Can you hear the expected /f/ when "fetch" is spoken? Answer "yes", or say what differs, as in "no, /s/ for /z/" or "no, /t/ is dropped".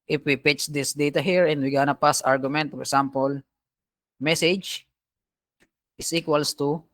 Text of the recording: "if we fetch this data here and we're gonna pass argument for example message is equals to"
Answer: no, /p/ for /f/